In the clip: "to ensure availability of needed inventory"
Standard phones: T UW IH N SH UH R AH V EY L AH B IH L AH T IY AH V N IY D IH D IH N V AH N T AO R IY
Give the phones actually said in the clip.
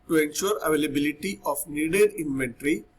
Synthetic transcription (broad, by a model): T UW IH N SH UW R AH V EY L AH B IH L AH T IY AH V N IY D IH D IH N V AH N T R IY